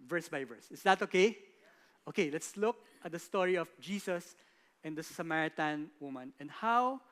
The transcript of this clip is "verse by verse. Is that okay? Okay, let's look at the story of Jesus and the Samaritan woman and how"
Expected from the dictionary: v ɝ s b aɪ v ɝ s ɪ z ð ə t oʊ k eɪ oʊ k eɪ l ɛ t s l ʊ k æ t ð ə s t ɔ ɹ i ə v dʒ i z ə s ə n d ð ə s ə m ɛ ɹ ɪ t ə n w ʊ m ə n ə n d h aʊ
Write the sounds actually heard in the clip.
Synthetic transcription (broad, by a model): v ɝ s b aɪ v ɝ s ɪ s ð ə t oʊ k eɪ oʊ k eɪ l ɛ t s l ʊ k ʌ t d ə s t ɔ ɹ i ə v dʒ i s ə s ə n d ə s ə m ɛ ɹ ɪ t ə n w ʊ m ə n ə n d h aʊ